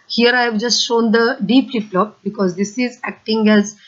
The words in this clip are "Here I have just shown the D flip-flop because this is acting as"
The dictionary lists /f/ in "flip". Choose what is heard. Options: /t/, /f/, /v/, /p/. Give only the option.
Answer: /p/